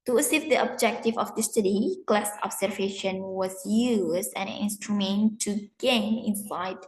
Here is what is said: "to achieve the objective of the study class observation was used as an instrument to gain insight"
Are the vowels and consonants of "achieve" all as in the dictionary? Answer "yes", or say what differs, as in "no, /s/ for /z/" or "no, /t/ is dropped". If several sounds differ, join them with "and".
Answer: no, /s/ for /tʃ/